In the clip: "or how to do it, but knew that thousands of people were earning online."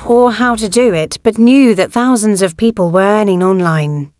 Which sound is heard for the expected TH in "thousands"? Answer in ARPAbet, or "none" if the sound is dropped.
TH